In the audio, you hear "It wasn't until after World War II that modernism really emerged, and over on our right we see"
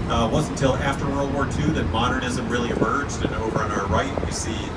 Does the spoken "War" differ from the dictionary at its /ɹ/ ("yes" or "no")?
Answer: no